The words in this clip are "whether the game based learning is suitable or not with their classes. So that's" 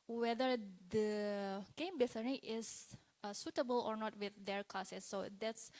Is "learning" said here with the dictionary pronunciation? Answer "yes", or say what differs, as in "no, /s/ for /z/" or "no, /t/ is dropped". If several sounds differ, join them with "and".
no, /n/ is dropped